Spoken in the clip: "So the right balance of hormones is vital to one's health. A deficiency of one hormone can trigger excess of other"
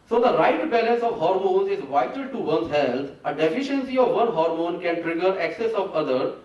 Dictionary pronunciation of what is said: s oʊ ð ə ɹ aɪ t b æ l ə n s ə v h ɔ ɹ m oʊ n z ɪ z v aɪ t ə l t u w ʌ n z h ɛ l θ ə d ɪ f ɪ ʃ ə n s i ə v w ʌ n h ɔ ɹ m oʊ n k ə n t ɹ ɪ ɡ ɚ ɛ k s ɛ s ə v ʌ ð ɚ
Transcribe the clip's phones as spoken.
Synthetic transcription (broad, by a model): s oʊ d ə ɹ aɪ t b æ l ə n s ə v h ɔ ɹ m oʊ n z ɪ z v aɪ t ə l t u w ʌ n h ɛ l t ə d ɪ f ɪ ʃ ə n s i ə v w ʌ n h ɔ ɹ m oʊ n k ə n t ɹ ɪ ɡ ɚ ɛ k s ɛ s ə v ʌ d ɚ